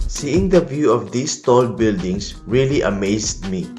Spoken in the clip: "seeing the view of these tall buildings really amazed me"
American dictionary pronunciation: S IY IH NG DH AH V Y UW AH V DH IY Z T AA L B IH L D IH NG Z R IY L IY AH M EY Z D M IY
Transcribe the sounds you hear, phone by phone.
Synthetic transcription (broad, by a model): S IY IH NG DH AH V Y UW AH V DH IY S T AA L B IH L D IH NG S R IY L IY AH M EY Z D M IY